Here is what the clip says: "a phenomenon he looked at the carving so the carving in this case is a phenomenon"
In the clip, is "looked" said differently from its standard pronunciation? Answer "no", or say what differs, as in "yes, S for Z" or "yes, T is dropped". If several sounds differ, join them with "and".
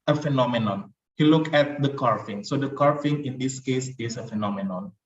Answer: yes, T is dropped